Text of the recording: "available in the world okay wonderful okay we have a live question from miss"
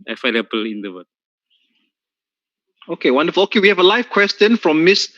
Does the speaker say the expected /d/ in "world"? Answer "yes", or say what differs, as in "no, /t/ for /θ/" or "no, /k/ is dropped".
no, /d/ is dropped